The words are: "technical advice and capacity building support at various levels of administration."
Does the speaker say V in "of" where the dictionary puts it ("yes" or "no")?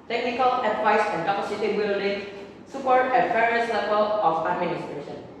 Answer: no